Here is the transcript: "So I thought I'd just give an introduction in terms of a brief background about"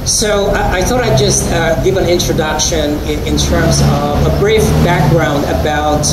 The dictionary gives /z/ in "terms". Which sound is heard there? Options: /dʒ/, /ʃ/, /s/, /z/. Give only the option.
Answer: /z/